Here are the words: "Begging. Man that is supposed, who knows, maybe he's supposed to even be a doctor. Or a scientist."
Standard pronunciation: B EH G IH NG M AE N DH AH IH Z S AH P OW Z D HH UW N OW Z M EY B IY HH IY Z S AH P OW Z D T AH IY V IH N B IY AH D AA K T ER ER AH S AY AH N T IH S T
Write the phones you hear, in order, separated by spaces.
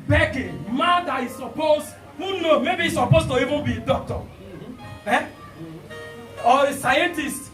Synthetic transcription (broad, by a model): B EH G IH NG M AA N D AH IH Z S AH P OW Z HH UW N OW M EY B IY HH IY S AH P OW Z T AH IY V IH N B IY D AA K T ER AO AH S AY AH N T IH S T